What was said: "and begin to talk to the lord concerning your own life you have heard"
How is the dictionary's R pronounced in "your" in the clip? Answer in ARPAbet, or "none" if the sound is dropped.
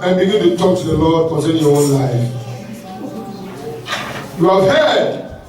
W